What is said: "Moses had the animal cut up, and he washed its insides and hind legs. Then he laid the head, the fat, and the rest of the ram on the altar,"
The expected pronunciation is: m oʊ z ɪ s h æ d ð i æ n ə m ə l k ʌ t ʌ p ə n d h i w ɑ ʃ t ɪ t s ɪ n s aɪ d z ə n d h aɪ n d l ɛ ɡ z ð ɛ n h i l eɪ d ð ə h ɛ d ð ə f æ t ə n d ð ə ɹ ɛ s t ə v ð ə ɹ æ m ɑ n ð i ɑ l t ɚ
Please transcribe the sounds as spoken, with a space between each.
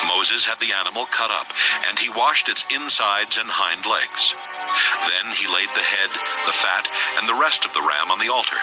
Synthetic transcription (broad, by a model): m oʊ z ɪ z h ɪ d ð i æ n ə m l k ʌ t ʌ p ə n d i w ɑ ʃ t ɪ t s ɪ n s aɪ d z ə n h aɪ n d l ɛ ɡ z ð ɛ n i l eɪ d ð ə h ɛ d ð ə f æ t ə n ð ə ɹ ɛ s t ə v ð ə ɹ æ m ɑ n ð i ɑ l t ɚ